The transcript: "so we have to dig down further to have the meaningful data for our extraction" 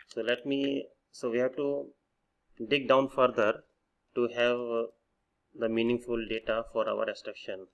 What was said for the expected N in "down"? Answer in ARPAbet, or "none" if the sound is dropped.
N